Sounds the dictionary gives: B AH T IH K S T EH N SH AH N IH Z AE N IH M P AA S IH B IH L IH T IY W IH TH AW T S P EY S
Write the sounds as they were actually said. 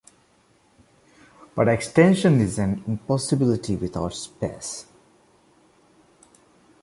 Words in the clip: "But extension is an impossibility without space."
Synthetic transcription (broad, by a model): B AH T IH K S T EH N SH AH N IH Z AE N IH M P AA S IH B IH L IH T IY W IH T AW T S P EY S